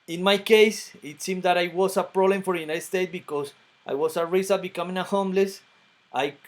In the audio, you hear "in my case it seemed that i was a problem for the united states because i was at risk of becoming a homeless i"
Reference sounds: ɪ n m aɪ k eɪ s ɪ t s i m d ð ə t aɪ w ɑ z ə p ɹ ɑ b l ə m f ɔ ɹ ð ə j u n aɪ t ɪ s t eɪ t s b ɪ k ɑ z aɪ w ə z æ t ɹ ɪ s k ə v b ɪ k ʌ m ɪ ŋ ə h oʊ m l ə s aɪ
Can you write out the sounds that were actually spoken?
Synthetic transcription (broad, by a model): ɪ n m aɪ k eɪ s ɪ t s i m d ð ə t aɪ w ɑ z ə p ɹ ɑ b l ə m f ɔ ɹ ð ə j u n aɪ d s t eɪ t b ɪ k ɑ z aɪ w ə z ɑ ɹ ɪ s ə b ɪ k ʌ m ɪ ŋ ə h oʊ m l ə s aɪ